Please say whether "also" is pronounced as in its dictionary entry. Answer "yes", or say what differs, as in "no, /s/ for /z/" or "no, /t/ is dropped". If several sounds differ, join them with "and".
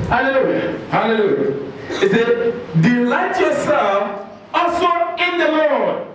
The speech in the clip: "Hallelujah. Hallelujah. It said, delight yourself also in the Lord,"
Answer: no, /l/ is dropped